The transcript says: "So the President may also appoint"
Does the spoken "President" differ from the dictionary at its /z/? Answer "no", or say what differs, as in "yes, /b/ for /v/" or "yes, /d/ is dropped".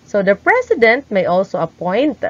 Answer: yes, /s/ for /z/